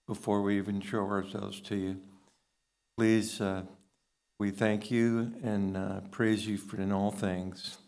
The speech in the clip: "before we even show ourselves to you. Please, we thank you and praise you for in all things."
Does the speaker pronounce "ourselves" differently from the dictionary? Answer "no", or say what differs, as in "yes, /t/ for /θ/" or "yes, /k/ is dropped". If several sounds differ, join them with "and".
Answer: no